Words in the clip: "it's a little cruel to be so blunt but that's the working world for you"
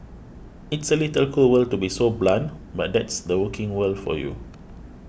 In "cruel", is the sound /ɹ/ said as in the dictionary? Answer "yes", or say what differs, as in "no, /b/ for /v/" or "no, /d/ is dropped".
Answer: no, /ɹ/ is dropped